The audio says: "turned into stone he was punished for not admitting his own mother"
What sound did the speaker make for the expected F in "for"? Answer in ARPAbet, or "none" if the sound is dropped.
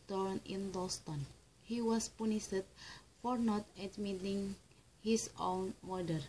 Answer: F